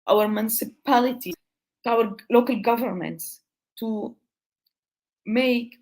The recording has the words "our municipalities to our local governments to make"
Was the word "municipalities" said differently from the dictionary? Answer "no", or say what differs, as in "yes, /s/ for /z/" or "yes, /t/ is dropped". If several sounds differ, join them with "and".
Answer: yes, /z/ is dropped